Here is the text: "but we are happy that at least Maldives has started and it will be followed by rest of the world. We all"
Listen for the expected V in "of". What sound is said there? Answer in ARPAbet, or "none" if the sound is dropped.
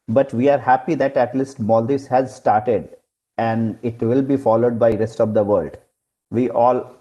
V